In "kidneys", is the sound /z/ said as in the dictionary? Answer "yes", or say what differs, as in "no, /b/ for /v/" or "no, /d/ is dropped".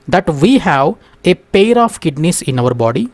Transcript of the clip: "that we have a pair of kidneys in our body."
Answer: no, /s/ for /z/